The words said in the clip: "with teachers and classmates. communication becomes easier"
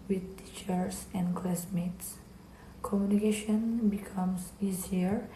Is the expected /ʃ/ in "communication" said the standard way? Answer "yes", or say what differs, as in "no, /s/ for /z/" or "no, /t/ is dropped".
yes